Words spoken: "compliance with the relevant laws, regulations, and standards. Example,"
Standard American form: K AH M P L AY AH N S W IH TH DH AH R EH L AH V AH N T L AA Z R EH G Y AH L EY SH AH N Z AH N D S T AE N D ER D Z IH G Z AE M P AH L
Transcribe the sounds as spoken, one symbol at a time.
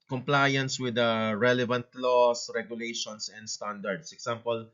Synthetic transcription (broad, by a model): K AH M P L AY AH N S W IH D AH R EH L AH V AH N T L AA S R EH G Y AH L EY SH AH N S AH N D S T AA N D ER D S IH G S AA M P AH L